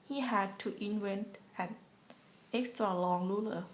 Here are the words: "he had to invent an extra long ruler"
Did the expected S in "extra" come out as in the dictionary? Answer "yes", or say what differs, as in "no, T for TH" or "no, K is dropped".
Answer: yes